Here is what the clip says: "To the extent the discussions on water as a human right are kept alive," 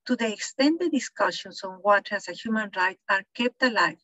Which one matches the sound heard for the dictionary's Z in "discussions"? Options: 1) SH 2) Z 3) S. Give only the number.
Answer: 3